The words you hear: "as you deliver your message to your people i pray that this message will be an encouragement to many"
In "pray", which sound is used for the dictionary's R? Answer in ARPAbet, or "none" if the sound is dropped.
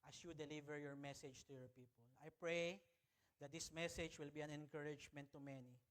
R